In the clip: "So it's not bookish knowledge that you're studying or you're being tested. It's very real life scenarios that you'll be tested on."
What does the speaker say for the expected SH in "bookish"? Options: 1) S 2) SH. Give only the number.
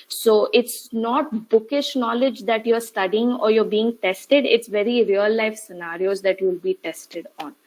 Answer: 2